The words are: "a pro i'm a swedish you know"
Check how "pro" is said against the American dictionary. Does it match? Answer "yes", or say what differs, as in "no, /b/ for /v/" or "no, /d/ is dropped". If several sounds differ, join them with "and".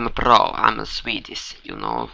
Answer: no, /b/ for /p/